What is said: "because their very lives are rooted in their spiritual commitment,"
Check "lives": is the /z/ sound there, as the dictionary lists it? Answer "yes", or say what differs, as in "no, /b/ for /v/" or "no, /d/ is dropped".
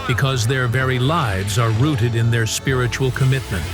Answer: yes